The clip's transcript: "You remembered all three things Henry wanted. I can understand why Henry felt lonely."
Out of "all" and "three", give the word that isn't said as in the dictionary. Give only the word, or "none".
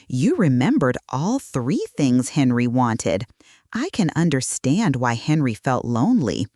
none